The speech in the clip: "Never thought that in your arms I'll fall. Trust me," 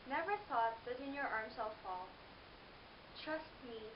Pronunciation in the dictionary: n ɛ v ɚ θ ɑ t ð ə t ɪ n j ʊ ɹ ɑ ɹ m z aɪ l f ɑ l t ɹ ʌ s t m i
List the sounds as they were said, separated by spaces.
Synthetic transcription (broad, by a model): n ɛ v ɚ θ ɑ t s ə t ɪ n j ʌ ɹ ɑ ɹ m s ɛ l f ɑ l t ɹ ʌ s t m i